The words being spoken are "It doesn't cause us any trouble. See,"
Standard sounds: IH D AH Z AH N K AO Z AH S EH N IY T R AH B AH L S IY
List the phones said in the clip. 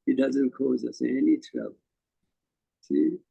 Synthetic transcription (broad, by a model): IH D AH Z AH N K AO Z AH S EH N IY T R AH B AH S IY